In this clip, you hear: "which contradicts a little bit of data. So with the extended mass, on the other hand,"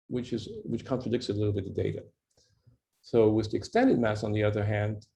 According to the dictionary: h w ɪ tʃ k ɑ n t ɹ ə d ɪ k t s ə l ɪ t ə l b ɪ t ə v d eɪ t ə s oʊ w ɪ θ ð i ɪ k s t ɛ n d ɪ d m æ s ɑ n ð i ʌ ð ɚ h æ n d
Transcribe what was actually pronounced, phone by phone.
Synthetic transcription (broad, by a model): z w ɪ tʃ k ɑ n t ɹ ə d ɪ k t s ə l ɪ t l b ɪ t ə d eɪ t ə s oʊ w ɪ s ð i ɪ k s t ɛ n d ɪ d m æ s n ð i ʌ ð ɚ h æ n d